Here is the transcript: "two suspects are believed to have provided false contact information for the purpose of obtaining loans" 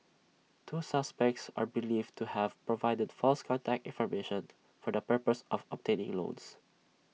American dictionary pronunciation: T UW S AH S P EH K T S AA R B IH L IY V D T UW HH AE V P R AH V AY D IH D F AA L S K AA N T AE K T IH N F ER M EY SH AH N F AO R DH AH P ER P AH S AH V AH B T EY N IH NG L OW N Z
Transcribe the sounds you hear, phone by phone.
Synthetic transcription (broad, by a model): T UW S AH S P EH K T S AA R B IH L IY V T UW HH AE V P R AH V AY D IH D F AA L S K AA N T AE K T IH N F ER M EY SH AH N F AO R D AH P ER P AH S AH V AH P T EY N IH NG L OW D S